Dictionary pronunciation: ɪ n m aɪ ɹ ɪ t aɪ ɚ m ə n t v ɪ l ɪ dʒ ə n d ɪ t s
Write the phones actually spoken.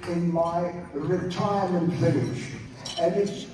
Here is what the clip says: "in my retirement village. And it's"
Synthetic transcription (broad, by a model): ɪ n m aɪ ɹ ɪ t aɪ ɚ m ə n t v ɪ n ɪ ʃ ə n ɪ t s